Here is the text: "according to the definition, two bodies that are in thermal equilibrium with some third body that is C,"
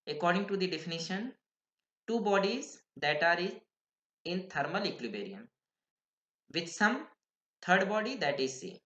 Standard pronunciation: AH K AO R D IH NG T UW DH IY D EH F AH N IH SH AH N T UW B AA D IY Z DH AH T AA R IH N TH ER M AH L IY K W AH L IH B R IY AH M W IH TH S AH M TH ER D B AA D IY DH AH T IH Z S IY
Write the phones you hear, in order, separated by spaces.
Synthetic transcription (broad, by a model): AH K AO R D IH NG T UW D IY D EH F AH N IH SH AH N T UW B AA D IY Z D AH T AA R IH N T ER M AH L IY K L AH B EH R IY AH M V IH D S AH M T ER D B AA D IY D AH T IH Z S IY